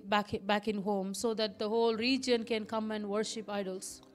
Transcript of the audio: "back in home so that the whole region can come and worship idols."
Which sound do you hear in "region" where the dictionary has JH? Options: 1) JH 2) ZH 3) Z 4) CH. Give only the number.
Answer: 1